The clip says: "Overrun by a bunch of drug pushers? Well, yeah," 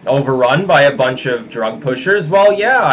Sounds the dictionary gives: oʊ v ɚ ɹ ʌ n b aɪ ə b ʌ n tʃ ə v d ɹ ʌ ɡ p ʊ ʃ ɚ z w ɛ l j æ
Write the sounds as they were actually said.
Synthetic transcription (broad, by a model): oʊ v ɚ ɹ ʌ n b aɪ ə b ʌ n tʃ ə v d ɹ ʌ ɡ p ʊ ʃ ɚ z w ɛ l j æ